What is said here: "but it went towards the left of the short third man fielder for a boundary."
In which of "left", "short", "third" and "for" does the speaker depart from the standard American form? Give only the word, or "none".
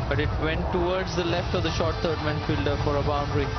third